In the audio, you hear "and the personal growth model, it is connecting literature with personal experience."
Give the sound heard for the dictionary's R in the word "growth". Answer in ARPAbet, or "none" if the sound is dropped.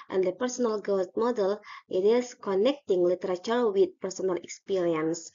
none